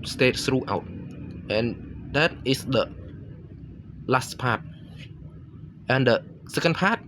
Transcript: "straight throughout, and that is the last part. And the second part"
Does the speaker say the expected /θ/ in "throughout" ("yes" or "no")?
no